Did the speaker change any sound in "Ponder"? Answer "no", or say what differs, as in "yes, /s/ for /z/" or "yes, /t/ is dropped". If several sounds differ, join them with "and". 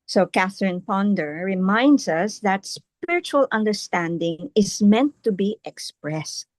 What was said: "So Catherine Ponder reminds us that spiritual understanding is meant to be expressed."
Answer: no